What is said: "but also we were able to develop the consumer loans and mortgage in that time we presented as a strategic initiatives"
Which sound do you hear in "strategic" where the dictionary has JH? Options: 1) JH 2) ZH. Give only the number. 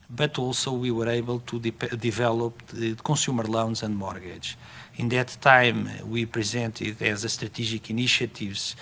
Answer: 2